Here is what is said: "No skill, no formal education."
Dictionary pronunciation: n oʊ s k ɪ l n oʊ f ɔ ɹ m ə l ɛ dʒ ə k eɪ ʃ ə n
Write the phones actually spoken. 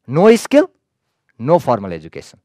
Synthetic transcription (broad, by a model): n oʊ s k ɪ l n oʊ p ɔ ɹ m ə l ɛ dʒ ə k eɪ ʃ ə n